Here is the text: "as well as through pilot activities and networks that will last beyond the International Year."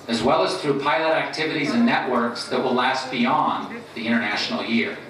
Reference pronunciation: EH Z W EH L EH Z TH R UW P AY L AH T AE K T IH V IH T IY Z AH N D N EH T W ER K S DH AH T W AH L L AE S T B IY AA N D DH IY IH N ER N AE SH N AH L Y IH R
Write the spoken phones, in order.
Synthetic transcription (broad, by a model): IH Z W EH L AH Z TH R UW P AY L AH T AE K T IH V IH T IY Z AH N N EH T W ER K S DH AH T W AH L L AE S T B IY AA N DH IY IH ER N AE SH N L Y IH R